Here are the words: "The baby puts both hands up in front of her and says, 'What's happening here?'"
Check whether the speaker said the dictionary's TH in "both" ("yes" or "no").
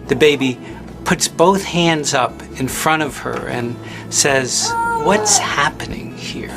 yes